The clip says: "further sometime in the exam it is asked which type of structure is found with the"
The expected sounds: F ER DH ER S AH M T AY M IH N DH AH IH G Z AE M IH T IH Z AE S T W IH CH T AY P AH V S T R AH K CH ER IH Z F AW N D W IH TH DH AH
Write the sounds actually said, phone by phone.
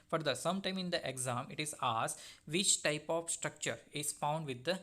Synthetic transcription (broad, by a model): F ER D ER S AH M T AY M IH N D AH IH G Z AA M IH T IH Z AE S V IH CH T AY P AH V S T R AH K CH ER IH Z F AW N D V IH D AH